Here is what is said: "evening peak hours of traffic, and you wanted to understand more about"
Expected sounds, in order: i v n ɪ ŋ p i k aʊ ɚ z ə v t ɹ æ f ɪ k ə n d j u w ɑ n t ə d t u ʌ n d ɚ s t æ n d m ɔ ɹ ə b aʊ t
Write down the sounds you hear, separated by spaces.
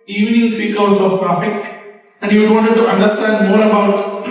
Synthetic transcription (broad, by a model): i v n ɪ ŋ f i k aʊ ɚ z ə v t ɹ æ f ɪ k ə n d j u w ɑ n t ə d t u ʌ n d ɚ s t æ n d m ɔ ɹ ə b aʊ t